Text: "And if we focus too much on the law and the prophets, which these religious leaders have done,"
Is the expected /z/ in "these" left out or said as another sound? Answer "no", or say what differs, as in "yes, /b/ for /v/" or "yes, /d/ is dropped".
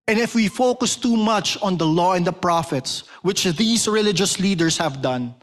yes, /s/ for /z/